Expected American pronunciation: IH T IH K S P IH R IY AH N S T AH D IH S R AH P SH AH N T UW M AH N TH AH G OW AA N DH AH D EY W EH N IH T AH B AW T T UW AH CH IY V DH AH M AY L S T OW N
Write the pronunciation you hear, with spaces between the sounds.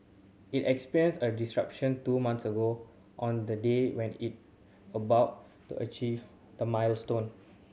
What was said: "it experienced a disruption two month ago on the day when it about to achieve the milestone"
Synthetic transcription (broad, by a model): IH T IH K S P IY R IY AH N S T AH D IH S R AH P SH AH N T UW M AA N S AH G OW AA N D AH D EY W EH N IH T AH B AW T T UW AH CH IY V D AH M AY L S T OW N